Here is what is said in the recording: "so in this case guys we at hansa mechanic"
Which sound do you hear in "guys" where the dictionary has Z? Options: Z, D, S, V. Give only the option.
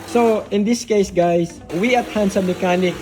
S